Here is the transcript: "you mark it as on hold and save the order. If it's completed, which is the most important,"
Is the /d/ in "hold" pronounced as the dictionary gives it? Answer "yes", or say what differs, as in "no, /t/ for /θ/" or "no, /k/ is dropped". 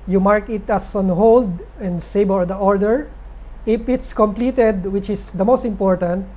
yes